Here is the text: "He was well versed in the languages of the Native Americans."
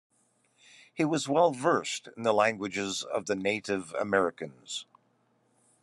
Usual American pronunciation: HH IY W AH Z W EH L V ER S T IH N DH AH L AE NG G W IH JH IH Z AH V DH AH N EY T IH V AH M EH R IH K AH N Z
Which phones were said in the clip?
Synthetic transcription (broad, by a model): HH IY W AH Z W EH L V ER S T IH N DH AH L AE NG G W IH JH IH Z AH V DH AH N EY T IH V AH M EH R IH K AH N Z